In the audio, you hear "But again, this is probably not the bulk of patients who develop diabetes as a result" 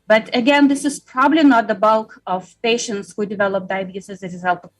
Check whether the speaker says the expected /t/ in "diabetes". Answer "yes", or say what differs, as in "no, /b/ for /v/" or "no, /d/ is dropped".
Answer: no, /s/ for /t/